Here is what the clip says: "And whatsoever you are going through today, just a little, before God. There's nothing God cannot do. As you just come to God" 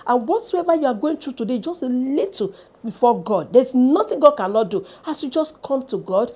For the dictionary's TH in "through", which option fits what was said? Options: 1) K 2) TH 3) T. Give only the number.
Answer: 3